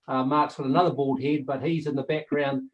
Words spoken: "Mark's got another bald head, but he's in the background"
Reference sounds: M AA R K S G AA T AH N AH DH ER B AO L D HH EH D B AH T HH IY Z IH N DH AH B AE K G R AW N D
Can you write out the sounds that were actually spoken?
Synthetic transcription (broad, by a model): M AA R K S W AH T AH N AH DH ER B AO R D HH EH D B AH T HH IY Z IH N DH AH B AE K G R AW N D